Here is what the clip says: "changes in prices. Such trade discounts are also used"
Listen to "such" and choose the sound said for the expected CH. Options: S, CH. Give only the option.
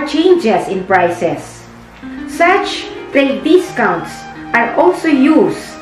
CH